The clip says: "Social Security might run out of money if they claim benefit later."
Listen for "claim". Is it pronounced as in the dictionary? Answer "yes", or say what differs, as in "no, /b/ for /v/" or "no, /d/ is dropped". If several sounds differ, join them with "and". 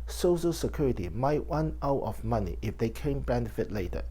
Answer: no, /l/ is dropped